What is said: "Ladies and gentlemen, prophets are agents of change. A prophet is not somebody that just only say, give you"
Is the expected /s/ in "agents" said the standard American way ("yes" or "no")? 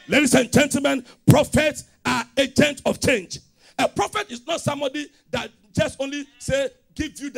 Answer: no